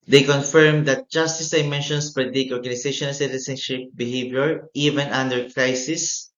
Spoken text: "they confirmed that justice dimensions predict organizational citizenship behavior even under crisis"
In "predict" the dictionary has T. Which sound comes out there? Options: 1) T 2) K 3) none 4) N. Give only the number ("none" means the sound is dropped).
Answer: 3